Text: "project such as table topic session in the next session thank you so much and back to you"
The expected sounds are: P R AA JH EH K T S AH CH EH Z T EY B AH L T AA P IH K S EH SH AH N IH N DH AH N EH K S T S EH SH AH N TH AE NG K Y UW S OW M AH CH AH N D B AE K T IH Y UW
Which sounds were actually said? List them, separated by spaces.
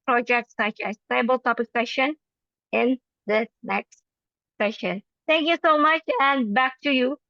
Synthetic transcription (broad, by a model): P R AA JH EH K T S AH CH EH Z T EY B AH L T AA P IH K S EH SH AH N IH N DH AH N EH K S T S EH SH AH N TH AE NG K Y UW S OW M AH CH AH N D B AE K T IH Y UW